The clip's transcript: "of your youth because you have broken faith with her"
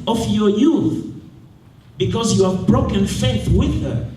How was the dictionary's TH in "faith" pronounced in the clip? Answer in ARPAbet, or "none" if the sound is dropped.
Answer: TH